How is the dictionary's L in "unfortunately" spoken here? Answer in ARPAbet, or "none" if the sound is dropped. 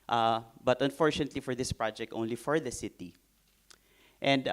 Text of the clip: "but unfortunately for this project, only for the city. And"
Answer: L